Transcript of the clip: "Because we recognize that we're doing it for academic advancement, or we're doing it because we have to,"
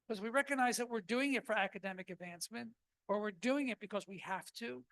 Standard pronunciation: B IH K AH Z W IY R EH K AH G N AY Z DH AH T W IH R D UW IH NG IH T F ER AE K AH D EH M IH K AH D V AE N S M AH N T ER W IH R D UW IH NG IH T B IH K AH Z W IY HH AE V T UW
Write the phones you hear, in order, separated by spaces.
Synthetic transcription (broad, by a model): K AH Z W IY R EH K AH G N AY Z DH AH T W IH R D UW IH NG IH T F ER AE K AH D EH M IH K AH D V AE N S M AH N T ER W IH R D UW IH NG IH T B IH K AH Z W IY HH AE F T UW